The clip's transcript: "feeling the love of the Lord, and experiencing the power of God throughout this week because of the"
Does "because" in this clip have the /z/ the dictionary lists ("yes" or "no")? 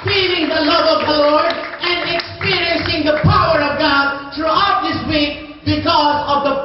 yes